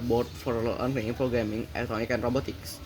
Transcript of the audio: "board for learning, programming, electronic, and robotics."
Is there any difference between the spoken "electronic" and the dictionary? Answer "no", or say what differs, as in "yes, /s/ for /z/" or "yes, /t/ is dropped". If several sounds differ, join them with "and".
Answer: yes, /ɹ/ is dropped